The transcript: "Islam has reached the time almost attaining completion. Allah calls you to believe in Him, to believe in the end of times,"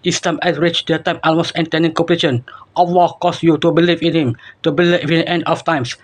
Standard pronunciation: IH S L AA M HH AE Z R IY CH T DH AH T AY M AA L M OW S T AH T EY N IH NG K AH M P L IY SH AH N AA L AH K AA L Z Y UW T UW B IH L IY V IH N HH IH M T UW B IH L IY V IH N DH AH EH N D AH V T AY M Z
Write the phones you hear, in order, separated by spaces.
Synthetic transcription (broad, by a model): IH S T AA M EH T R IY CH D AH T AY M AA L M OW S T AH T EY N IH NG K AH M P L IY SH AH N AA W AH K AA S Y UW T UW B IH L IY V IH N HH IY M T UW B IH L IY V IH N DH EH N D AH F T AY M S